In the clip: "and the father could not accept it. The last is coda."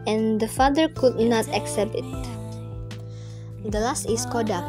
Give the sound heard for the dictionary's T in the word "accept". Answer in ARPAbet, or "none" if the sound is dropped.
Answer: T